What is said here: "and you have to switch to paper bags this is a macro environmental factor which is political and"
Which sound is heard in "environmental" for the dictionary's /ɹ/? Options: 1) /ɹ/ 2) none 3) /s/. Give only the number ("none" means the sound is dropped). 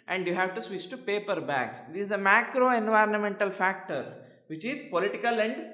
1